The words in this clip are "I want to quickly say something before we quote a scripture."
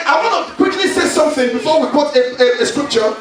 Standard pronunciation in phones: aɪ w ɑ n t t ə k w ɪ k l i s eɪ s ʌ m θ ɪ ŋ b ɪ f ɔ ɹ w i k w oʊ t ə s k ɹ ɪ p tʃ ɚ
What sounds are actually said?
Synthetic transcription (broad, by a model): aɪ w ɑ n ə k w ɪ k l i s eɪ s ʌ m θ ɪ ŋ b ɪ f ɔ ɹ w i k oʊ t ə s k ɹ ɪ p tʃ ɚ